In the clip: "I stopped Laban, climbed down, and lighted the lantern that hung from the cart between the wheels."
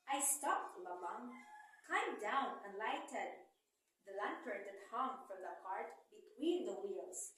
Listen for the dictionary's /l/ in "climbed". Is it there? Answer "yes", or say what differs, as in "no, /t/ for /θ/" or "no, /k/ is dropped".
no, /l/ is dropped